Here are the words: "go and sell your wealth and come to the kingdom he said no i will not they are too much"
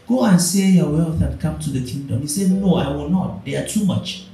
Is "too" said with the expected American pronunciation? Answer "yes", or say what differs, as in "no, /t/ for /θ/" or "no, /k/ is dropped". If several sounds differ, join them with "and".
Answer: yes